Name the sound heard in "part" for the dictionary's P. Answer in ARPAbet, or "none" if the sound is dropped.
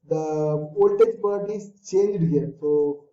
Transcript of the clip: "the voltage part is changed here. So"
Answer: B